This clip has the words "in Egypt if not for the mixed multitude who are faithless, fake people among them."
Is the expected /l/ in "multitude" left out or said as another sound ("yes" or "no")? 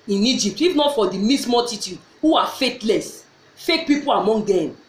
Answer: yes